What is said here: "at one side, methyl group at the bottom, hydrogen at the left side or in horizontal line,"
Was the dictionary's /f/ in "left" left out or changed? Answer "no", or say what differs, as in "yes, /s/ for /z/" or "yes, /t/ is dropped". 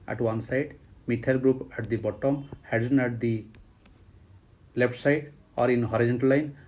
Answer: yes, /p/ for /f/